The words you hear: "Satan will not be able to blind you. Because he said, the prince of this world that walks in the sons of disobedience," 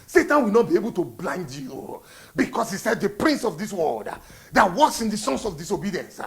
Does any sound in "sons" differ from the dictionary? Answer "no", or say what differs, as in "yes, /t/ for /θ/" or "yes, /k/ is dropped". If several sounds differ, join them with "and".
yes, /s/ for /z/